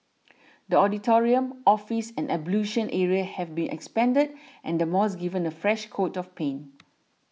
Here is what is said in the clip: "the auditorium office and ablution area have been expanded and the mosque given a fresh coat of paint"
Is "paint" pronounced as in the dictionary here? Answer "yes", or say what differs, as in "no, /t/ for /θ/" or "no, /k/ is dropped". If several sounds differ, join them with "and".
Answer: no, /t/ is dropped